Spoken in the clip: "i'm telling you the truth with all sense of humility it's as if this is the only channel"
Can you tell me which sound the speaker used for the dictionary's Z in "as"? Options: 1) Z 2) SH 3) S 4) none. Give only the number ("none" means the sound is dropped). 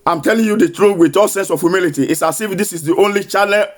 3